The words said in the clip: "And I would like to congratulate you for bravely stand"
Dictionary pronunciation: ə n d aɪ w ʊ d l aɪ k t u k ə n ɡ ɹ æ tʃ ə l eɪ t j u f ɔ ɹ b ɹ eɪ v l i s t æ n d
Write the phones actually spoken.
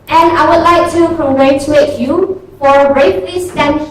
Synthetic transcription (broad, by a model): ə n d aɪ w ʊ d l aɪ k t u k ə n ɡ ɹ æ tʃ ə eɪ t j u f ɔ ɹ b ɹ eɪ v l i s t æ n